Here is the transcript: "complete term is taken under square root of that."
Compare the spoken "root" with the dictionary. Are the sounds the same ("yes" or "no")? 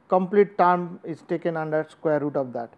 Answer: yes